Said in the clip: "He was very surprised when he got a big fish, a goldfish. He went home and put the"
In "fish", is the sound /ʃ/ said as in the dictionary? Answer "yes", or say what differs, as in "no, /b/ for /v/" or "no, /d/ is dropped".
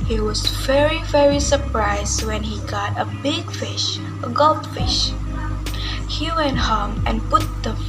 yes